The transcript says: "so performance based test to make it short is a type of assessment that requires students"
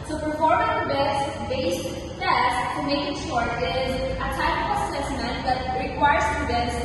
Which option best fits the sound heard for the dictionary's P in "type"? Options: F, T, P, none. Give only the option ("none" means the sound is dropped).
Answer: none